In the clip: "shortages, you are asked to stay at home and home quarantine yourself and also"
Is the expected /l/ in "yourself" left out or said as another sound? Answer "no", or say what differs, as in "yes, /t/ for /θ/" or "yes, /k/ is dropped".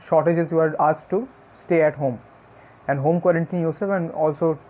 yes, /l/ is dropped